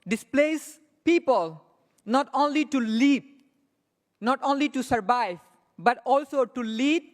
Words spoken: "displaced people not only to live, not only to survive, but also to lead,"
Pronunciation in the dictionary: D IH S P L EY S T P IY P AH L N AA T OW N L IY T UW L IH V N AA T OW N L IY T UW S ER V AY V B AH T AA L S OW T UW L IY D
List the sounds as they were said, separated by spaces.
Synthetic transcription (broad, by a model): D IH S P L EY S P IY P AH L N AA T OW N L IY T UW L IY P N AA T OW N L IY T UW S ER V AY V B AH T AA L S OW T UW L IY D